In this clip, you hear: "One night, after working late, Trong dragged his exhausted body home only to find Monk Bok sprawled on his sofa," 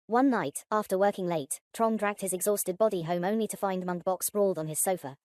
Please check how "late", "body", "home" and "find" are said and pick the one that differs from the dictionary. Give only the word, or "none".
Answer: none